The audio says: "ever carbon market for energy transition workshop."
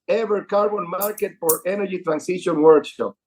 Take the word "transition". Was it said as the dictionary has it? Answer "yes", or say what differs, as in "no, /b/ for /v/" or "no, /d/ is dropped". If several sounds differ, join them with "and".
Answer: no, /s/ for /z/